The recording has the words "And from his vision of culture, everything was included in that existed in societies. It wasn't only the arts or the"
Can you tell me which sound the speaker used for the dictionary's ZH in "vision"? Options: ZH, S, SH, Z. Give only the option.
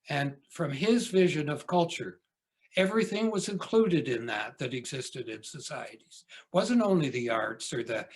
ZH